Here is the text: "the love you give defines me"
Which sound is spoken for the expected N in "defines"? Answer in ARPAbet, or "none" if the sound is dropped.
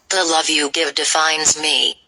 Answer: N